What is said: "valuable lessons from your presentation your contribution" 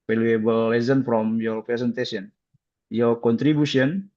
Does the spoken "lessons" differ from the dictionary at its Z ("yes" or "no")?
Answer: yes